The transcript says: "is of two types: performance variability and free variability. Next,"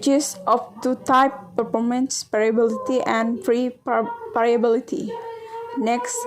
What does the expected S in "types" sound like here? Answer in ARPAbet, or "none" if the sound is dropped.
none